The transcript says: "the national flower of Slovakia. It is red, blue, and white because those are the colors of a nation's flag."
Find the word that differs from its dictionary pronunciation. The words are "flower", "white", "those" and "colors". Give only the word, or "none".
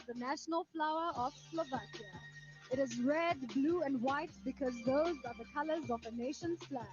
none